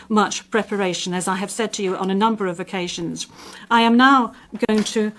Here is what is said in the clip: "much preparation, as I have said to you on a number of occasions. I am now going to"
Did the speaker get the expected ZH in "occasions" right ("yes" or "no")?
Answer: yes